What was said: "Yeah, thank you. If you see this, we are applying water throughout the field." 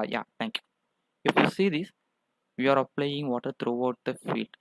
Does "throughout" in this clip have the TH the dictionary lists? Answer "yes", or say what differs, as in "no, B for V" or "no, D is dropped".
no, T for TH